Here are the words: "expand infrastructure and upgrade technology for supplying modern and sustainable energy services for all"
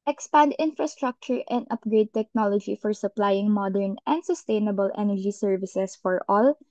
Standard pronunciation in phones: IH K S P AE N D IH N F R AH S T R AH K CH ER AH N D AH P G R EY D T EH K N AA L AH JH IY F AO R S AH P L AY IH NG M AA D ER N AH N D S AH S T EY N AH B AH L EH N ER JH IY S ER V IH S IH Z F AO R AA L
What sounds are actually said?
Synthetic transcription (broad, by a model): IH K S P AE N D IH N F R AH S T R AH K CH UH AH N D AH P G R EY D T EH K N AA L AH JH IY F AO R S AH P L AY IH NG M AA D ER N AH N D S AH S T EY N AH B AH L EH N ER JH IY S ER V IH S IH S F AO R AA L